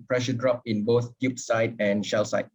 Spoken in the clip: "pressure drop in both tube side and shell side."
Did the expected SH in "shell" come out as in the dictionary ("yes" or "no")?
yes